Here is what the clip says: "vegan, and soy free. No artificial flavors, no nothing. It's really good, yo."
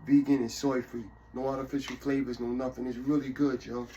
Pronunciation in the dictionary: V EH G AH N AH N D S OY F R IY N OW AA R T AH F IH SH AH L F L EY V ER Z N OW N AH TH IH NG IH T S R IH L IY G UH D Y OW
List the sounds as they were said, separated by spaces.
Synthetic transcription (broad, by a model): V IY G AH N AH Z S OY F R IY N OW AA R T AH F IH SH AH L F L EY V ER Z N OW N AH TH IH NG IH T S R IH L IY G UH D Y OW